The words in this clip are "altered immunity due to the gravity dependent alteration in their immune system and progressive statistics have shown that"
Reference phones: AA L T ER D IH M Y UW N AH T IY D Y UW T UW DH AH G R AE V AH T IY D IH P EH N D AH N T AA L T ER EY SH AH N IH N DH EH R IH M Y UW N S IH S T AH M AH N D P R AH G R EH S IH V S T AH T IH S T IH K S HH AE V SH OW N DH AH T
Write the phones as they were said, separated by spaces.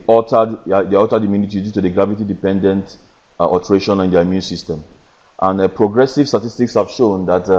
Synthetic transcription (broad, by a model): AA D T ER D IH M Y UW N AH T IY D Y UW T UW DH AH G R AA V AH T IY D IH P EH N D AH N T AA T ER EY SH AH N IH N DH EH IH M Y UW N S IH S T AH M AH N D P R AH G R EH S IH V S T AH T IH S T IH K S HH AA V SH OW N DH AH T